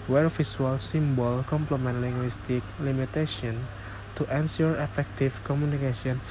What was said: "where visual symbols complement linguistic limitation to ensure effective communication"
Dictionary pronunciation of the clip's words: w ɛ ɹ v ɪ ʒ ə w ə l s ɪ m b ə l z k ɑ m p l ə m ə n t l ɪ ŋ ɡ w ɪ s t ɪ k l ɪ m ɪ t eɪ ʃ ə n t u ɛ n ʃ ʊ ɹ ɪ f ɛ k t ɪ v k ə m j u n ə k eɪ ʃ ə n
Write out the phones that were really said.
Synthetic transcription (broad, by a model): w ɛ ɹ f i s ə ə l s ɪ m b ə l k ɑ m p l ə m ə n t l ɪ ŋ ɡ w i s t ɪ k l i m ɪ t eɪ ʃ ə n t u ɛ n s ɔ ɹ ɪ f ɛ k t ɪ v k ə m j u n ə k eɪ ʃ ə n